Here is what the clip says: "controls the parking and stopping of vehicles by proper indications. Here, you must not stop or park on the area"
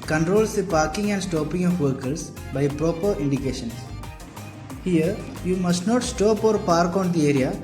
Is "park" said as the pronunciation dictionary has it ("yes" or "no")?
yes